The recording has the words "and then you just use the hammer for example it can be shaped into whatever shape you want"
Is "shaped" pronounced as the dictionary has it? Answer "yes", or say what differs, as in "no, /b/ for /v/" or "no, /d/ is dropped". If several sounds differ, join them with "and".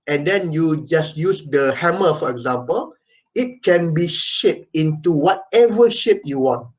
no, /t/ is dropped